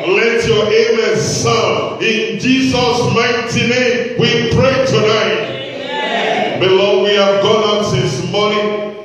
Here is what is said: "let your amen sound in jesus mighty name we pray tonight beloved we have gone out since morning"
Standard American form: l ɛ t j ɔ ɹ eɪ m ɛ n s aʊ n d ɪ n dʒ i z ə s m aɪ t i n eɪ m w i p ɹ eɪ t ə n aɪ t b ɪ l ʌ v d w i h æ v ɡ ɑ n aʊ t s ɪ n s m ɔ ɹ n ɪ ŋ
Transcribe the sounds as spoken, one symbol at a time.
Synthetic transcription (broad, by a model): l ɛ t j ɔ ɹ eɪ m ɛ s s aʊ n ɪ n dʒ i z ə s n aɪ t i n eɪ m w i p ɹ eɪ t ə n aɪ t b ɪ l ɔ w i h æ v ɡ ɑ n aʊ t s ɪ s m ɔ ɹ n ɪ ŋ